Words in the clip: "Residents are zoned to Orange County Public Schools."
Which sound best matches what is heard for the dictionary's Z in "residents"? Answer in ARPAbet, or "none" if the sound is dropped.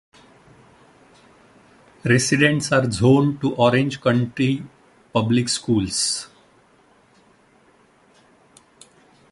S